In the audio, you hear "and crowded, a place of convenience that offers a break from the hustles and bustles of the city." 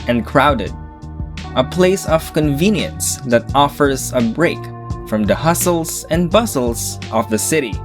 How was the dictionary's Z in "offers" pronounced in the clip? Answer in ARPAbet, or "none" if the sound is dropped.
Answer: Z